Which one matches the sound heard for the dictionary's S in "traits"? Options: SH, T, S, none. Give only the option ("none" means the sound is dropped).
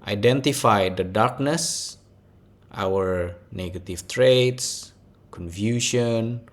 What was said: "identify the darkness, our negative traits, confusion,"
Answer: S